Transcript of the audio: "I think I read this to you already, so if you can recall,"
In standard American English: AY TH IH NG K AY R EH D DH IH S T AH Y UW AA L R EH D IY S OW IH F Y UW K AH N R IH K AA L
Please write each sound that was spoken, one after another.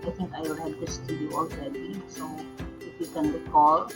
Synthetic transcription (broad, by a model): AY T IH NG K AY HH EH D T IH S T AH Y UW AA L R EH D IY S OW IH F Y UW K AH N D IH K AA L